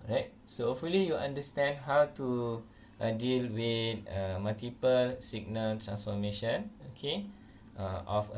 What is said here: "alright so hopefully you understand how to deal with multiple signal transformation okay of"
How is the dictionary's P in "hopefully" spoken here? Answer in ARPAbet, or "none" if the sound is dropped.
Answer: none